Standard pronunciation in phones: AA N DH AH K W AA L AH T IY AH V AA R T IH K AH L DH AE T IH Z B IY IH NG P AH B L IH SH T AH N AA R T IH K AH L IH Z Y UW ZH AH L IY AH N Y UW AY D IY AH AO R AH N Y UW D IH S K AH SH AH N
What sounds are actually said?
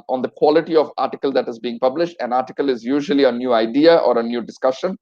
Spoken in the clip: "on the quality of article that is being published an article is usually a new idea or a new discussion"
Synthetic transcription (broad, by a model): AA N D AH K W AA L AH T IY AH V AA R T IH K AH L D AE T IH Z B IY IH NG P AH B L IH SH T AH N AA R T IH K AH L IH Z Y UW ZH AH L IY AH N Y UW AY D IY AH AO R AH N Y UW D IH S K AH SH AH N